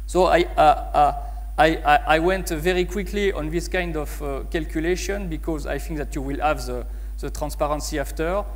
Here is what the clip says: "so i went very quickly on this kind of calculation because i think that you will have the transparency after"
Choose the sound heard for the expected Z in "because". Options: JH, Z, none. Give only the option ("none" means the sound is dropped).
Z